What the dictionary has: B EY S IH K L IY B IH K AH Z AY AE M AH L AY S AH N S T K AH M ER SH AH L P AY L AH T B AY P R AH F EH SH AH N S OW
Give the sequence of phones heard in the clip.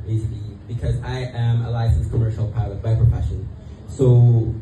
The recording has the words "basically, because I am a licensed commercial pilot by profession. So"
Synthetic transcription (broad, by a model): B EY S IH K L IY B IH K AH Z AY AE M AH L AY S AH N S K AH M ER SH AH L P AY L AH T B AY P R AH F EH SH AH N S OW